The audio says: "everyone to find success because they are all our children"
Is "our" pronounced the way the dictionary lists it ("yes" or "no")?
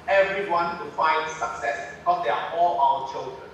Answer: no